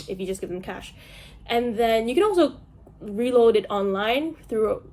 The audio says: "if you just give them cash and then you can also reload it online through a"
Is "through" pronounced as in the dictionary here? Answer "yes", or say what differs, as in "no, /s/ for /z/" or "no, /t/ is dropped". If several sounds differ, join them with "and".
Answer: yes